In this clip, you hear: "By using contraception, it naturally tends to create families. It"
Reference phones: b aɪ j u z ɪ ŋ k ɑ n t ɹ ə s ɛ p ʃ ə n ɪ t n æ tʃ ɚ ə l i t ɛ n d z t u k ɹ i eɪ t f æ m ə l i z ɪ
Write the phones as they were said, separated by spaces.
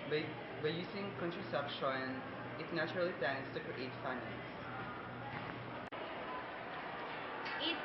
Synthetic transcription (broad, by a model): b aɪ j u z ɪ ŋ k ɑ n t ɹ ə s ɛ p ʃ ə n ɪ t n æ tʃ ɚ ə l i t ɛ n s t u k ɹ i eɪ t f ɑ ə n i s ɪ